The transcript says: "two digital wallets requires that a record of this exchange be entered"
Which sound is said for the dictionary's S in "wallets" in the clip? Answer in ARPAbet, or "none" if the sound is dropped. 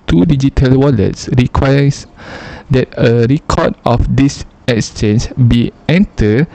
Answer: S